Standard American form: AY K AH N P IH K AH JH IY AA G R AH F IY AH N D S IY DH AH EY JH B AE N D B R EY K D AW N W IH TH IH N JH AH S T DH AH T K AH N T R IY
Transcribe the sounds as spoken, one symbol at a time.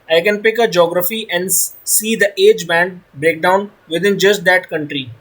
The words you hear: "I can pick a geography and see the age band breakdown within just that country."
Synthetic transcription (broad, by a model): AY K AH N P IH K AH JH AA G R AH F IY AH N D S IY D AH EY JH B AE N D B R EY K D AW N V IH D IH N JH AH S T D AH T K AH N T R IY